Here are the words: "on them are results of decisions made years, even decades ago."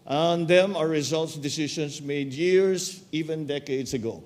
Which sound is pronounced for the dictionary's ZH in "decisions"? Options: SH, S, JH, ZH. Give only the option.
SH